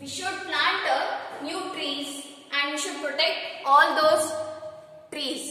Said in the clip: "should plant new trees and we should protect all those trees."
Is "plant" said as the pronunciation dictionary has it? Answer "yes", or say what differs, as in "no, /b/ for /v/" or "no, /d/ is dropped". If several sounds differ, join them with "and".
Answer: no, /n/ is dropped